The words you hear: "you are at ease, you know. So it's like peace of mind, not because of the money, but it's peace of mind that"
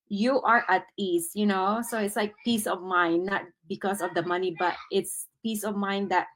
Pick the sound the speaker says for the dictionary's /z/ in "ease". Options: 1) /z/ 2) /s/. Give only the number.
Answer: 2